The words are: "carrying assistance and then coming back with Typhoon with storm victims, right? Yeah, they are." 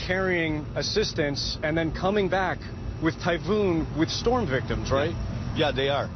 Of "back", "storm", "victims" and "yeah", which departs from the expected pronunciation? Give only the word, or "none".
none